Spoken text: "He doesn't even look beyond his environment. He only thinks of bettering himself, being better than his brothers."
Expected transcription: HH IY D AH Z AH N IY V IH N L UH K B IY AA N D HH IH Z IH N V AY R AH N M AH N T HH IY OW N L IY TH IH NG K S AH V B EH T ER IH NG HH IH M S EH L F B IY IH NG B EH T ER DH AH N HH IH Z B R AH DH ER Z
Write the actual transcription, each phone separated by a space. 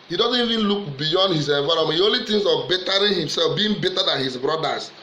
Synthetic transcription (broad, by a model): HH IY D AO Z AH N IY V IH N L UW K B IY AA N D HH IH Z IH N V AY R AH M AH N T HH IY OW N L IY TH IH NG S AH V B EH T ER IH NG HH IH M S EH L F B IY IH NG B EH T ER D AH N HH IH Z B R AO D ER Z